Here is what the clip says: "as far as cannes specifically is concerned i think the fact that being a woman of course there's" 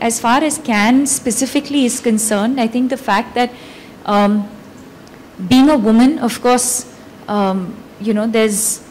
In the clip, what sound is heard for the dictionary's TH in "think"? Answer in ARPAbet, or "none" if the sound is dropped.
T